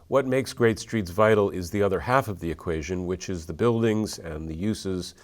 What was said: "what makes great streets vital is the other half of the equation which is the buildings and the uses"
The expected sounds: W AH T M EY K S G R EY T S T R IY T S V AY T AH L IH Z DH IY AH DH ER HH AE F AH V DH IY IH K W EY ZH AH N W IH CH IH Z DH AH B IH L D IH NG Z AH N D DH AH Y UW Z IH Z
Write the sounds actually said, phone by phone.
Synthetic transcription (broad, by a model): W AH T M EY K S G R EY T S T R IY T S V AY T L IH Z DH IY AH DH ER HH AE F AH V DH IY IH K W EY ZH AH N W IH CH IH Z DH AH B IH L D IH NG Z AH N DH AH Y UW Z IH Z